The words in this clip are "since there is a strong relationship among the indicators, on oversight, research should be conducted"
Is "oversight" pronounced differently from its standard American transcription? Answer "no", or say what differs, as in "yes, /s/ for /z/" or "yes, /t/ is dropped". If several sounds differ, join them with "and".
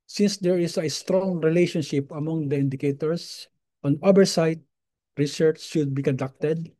yes, /b/ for /v/